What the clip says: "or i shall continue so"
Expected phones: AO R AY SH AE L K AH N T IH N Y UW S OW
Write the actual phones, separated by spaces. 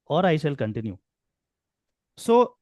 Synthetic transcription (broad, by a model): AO R AY S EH L K AH N T IH N Y UW S OW